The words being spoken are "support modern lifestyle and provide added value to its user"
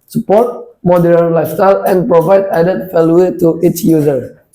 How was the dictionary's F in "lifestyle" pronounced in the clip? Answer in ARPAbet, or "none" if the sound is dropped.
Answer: none